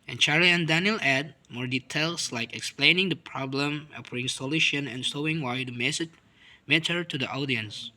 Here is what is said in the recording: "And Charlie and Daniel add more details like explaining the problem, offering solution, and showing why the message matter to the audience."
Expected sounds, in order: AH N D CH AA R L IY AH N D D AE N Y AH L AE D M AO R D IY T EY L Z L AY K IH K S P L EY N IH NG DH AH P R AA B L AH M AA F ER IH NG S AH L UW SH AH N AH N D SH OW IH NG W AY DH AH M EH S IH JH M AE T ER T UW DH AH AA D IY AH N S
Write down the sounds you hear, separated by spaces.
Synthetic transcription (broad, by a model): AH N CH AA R IY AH N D D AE N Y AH L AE D M AO R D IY T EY L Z L AY K IH K S P L EY N IH NG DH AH P R AA B L AH M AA P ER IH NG S AH L UW SH AH N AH N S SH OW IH NG W AY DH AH M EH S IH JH M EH T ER T UW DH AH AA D IY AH N S